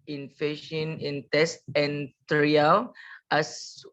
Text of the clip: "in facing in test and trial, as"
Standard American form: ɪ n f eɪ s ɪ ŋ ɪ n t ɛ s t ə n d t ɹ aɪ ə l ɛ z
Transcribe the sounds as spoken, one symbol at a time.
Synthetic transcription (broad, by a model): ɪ n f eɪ ʃ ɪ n ɪ n t ɛ s t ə n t ɹ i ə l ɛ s